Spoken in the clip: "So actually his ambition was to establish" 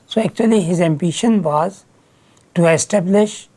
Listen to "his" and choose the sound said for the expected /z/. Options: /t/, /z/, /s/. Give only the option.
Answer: /z/